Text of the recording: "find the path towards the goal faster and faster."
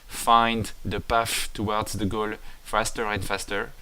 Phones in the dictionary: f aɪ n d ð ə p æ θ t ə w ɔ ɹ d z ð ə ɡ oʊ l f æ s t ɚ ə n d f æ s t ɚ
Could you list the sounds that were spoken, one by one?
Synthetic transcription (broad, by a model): f aɪ n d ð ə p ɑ f t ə w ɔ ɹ d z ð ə ɡ oʊ l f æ s t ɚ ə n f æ s t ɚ